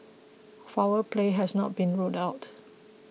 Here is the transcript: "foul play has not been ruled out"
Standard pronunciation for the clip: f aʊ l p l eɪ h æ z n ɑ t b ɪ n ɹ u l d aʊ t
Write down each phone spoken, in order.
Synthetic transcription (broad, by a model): f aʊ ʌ p l eɪ h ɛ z n ɑ t b ɪ n ɹ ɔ d aʊ t